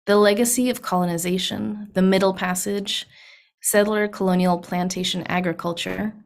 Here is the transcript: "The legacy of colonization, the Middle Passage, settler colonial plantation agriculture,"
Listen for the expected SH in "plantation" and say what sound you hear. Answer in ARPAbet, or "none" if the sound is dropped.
SH